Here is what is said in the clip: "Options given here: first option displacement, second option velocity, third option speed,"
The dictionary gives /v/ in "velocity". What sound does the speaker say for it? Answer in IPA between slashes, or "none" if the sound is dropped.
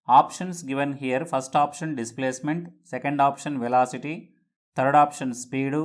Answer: /v/